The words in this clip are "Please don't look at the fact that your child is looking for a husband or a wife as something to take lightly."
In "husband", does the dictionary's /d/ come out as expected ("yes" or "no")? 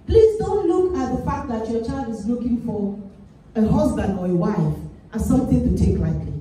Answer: yes